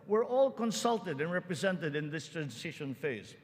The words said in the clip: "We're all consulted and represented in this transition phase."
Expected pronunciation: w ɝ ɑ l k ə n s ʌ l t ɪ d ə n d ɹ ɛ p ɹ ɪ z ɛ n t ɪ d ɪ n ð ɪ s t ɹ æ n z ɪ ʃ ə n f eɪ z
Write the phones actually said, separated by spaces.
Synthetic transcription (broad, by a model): w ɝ ɑ l k ə n s ʌ l t ɪ d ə n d ɹ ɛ p ɹ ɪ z ɛ n t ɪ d ɪ n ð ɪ s t ɹ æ n s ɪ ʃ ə n f eɪ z